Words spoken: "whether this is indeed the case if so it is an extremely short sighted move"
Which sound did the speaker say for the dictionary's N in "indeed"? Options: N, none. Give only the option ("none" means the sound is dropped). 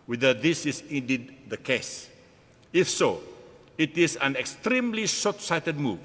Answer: N